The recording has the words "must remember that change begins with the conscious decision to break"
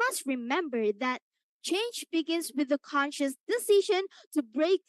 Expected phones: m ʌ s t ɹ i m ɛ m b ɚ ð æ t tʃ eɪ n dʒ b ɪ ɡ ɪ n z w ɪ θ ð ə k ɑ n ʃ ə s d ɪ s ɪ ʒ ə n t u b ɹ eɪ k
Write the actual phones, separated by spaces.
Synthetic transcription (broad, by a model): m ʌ s t ɹ i m ɛ m b ɚ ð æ t tʃ eɪ n dʒ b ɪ ɡ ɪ n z w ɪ ð ə k ɑ n ʃ ə s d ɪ s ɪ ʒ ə n t u b ɹ eɪ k